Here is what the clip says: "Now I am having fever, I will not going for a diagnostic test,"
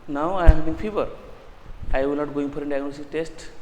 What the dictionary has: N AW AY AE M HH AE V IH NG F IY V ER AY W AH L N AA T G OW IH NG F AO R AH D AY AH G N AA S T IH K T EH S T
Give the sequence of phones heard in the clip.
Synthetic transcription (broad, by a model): N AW AY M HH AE B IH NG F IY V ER AY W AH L N AA T G OW IH NG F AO R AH D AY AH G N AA S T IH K T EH S T